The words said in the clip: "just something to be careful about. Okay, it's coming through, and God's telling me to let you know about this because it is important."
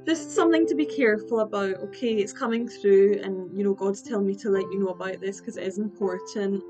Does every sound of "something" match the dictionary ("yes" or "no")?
yes